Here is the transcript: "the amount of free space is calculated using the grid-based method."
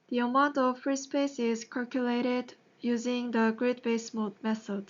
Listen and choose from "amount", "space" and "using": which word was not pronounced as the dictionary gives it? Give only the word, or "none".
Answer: none